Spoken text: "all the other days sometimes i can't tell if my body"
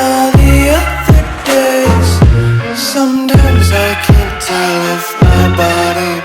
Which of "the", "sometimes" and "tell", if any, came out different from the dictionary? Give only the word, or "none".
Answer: none